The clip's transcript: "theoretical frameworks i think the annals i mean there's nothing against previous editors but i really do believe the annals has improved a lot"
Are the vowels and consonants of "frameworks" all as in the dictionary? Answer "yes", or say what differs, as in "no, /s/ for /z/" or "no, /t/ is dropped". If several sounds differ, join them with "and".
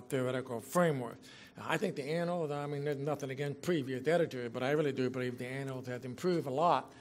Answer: no, /s/ is dropped